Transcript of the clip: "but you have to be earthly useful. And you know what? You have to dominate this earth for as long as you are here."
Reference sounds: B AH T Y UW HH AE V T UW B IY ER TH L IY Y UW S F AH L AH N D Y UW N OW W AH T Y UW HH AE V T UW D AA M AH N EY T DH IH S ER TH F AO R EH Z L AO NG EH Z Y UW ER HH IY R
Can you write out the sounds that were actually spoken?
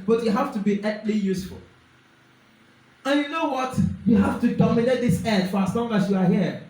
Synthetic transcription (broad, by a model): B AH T Y UW HH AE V T UW B IY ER T L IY Y UW S F AH L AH N Y UW N OW W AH T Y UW HH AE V T UW D AA M AH N EY T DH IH S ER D F AO R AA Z L AO NG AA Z Y UW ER HH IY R